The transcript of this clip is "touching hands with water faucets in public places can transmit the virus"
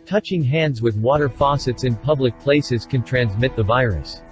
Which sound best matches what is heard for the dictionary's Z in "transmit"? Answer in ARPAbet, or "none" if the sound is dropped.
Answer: Z